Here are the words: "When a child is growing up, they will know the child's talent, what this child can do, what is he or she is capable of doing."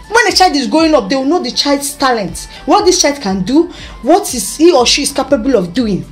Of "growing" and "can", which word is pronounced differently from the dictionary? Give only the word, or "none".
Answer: growing